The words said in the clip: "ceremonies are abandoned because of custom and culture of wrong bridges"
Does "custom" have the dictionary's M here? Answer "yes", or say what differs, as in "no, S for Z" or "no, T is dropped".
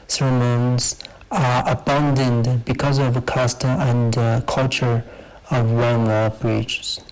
no, M is dropped